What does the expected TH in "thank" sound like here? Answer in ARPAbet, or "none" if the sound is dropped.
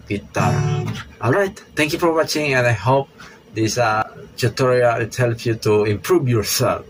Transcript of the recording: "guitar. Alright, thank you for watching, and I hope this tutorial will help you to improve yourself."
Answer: T